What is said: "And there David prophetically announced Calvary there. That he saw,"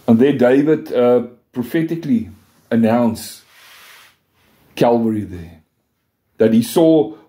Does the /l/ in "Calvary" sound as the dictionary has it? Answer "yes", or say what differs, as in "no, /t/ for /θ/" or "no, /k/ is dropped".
yes